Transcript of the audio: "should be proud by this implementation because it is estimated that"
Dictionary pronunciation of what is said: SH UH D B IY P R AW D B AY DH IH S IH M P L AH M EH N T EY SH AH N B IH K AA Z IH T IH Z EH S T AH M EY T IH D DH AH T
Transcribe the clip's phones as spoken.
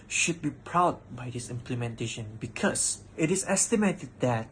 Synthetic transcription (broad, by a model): SH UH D B IY P R AW D B AY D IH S IH M P L AH M EH N T EY SH AH N B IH K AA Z IH T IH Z EH S T AH M EY T IH D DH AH T